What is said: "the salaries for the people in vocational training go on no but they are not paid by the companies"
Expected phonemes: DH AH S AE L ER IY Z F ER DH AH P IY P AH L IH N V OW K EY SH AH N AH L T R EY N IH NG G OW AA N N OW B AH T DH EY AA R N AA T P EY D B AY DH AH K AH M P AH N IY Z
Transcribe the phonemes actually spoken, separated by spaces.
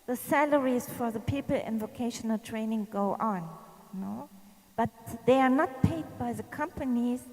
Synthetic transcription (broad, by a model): DH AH S AE L ER IY Z F ER DH AH P IY P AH L IH N V OW K EY SH AH N AH L T R EY N IH NG G OW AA N N OW B AH T DH EY AA R N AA T P EY D B AY DH AH K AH M P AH N IY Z